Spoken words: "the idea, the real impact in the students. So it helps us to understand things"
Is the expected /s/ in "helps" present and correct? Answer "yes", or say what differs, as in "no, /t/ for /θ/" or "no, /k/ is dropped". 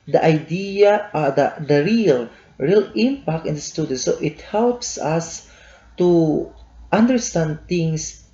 yes